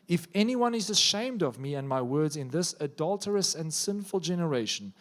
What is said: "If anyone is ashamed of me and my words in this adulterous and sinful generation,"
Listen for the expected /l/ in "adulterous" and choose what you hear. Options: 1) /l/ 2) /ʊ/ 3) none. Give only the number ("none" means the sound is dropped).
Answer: 1